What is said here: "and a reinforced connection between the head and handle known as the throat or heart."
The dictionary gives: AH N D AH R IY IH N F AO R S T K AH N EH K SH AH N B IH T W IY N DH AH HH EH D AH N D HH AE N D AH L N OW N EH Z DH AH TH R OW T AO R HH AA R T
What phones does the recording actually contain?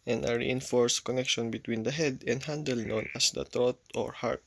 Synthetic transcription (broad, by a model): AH N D AH R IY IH N F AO R S K AH N EH K SH AH N B IH T W IY N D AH HH EH D AH N D HH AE N D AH L N OW N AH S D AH T R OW T AO R HH AA R T